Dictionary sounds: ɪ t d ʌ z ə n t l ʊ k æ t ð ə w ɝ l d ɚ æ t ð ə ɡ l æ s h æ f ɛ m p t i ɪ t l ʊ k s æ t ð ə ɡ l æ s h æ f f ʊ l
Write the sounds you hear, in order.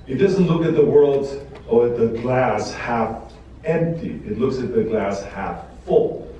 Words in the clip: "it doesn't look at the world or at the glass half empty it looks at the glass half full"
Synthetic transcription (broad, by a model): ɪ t d ʌ z ə n t l ʊ k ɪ t ð ə w ɝ l d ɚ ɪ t ð ə ɡ l æ s h æ f ɛ m p t i ɪ t l ʊ k s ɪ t ð ə ɡ l æ s h æ f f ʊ l